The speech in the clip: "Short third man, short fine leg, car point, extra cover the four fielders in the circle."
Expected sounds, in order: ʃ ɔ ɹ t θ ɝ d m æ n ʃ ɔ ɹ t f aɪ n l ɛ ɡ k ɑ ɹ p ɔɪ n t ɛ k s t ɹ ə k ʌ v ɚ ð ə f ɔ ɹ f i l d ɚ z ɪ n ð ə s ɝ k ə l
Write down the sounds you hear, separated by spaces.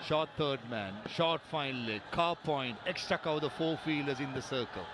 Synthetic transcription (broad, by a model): ʃ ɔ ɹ t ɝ d m æ n ʃ ɔ ɹ t f aɪ n l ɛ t k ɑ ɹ p ɔɪ n t ɛ k s t ɹ ə k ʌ ʊ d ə f ɔ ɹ f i l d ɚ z ɪ n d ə s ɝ k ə l